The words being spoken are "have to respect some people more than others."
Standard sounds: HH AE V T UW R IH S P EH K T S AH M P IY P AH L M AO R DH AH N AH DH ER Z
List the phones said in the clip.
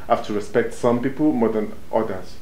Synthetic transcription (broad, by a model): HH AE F T UW R IH S P EH K T S AH M P IY P AH L M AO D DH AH N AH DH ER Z